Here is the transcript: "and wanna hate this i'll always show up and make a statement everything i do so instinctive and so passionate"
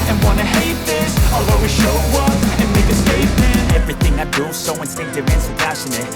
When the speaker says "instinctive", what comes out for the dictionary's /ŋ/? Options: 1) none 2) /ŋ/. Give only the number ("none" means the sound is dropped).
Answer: 1